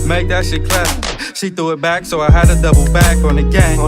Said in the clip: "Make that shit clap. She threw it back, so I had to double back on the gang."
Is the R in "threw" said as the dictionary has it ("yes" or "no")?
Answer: no